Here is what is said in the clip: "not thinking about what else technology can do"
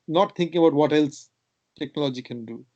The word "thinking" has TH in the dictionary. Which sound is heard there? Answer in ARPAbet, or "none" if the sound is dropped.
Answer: T